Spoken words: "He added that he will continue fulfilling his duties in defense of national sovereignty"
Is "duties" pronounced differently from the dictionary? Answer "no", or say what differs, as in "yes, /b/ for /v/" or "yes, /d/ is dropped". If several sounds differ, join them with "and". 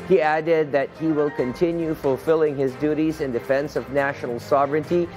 no